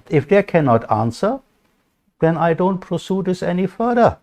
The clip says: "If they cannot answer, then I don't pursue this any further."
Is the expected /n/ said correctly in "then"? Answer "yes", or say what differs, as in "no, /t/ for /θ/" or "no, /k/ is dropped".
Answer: yes